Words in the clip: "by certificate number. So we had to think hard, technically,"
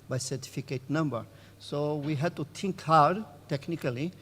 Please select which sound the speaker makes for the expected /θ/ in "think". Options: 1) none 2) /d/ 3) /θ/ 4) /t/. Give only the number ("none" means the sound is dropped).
4